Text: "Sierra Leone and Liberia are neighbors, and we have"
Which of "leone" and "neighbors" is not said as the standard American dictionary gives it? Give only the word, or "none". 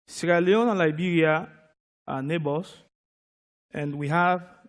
neighbors